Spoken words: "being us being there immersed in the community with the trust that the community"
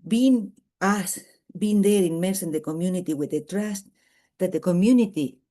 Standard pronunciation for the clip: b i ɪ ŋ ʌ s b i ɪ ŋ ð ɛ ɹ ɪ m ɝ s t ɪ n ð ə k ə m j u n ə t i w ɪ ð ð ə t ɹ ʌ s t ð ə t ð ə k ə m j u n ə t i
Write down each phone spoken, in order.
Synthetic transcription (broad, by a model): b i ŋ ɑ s b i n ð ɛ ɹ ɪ m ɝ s ɪ n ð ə k ə m j u n ə t i w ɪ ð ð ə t ɹ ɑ s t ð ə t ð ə k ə m j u n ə t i